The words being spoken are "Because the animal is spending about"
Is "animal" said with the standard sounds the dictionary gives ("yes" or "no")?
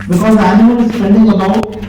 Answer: no